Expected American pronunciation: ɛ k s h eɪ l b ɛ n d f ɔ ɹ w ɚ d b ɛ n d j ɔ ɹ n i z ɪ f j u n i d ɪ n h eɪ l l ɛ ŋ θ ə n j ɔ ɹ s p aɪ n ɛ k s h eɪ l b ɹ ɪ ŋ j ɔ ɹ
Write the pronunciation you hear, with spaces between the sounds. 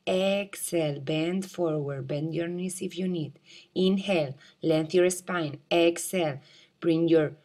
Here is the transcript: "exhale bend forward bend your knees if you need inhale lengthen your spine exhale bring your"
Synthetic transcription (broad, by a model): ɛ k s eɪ l b ɛ n d f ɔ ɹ w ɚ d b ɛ n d j ɔ ɹ n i s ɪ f j u n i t ɪ n h eɪ l l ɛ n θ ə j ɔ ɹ s p aɪ n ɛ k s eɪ l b ɹ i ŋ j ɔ ɹ